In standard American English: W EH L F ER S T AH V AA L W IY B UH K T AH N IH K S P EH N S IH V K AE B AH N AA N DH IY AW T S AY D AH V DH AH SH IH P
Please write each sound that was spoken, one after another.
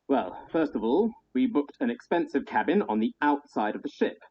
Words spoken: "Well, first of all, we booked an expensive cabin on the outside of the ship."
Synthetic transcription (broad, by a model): W EH L F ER S T AH V AA L W IY B UH K T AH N IH K S P EH N S IH V K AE B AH N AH N DH IY AW T S AY D AH V DH AH SH IH P